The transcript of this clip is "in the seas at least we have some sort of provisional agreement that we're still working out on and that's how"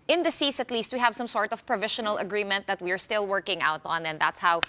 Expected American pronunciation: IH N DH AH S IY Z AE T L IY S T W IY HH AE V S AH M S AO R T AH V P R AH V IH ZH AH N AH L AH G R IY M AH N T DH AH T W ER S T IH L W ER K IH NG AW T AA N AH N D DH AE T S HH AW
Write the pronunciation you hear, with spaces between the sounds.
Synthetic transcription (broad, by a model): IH N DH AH S IY S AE T L IY S T W IY HH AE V S AH M S AO R T AH V P R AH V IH SH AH N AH L AH G R IY M AH N T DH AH T W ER S T IH L W ER K IH NG AW T AA N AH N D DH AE T S HH AW